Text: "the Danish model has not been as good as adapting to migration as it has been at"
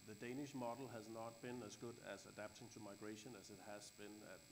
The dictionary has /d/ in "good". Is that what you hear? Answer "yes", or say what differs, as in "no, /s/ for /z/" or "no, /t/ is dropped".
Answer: yes